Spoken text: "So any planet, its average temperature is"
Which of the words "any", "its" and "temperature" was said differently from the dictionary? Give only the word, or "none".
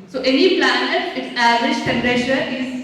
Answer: temperature